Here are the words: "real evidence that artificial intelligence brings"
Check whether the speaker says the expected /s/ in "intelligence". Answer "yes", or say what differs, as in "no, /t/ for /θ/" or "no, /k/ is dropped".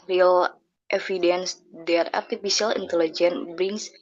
no, /s/ is dropped